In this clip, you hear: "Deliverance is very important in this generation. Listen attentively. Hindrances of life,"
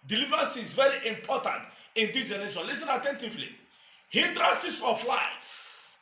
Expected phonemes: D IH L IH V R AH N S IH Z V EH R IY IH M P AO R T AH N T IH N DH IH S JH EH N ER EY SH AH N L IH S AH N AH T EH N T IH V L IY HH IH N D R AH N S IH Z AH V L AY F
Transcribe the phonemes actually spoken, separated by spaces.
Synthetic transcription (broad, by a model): D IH L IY V R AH N S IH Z V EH R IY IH M P AO T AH N T IH N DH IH JH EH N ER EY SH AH L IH S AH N AH T EH N T IH V L IY HH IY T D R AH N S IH S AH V L AY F